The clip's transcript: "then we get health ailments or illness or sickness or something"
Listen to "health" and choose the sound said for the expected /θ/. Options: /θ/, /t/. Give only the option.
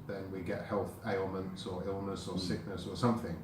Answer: /θ/